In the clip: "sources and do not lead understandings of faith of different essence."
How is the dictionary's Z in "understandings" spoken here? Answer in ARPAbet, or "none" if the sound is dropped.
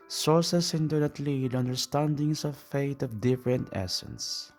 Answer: S